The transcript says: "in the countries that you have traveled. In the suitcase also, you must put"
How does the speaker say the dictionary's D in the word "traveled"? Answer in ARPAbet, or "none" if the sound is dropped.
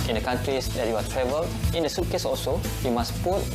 none